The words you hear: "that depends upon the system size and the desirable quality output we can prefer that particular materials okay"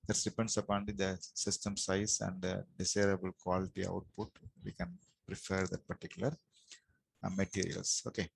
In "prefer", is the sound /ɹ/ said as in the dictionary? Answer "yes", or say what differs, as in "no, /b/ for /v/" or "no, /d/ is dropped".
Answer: yes